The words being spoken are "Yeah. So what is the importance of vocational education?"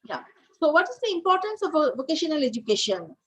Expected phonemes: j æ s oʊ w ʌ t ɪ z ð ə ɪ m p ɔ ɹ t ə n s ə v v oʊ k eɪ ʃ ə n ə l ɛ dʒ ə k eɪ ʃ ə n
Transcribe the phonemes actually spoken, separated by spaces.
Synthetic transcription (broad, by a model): j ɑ s oʊ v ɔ t ɪ z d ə ɪ m p ɔ ɹ t ə n s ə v v oʊ k eɪ ʃ ə n ə l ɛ dʒ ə k eɪ ʃ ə n